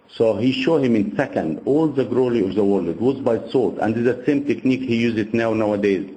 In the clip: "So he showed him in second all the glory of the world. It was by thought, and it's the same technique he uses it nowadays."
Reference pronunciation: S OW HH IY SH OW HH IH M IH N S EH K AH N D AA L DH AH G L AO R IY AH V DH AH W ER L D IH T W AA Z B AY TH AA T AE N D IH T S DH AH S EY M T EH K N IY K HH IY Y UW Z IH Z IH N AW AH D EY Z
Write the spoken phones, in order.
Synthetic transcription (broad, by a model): S OW HH IY SH OW HH IH M IH N S EH K AH N D AA L DH AH G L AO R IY AH V DH AH W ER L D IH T W AA Z B AY S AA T AE N D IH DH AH S EY M T EH K N IY K HH IY Y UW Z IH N IH N AW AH D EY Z